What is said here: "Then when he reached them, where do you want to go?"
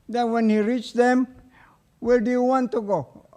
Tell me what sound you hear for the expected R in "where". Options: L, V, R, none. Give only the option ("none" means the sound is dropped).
L